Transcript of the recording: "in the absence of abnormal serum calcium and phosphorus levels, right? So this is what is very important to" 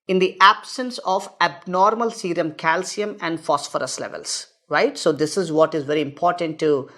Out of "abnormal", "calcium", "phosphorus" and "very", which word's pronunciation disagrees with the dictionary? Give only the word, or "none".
none